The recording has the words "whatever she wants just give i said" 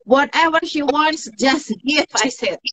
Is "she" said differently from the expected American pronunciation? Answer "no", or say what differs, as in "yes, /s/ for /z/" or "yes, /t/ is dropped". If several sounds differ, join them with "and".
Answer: no